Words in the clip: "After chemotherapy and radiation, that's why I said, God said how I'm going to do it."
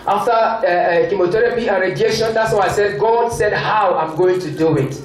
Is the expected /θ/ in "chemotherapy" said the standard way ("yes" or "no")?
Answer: no